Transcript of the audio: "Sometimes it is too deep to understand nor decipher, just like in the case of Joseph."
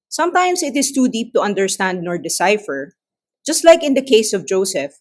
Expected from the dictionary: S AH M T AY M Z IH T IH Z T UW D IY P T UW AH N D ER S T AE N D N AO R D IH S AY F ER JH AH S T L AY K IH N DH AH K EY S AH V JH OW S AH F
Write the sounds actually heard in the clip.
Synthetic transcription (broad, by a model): S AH M T AY M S IH T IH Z T UW D IY P T UW AH N D ER S T AE N D N AO R D IH S AY F ER JH AH S T L AY K IH N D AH K EY S AH V JH OW S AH F